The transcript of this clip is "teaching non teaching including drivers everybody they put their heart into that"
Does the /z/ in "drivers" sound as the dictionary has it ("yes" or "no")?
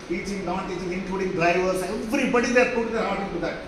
no